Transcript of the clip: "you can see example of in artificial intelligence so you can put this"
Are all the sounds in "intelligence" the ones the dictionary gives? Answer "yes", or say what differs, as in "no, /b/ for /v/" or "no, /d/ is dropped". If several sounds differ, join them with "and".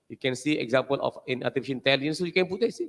no, /dʒ/ is dropped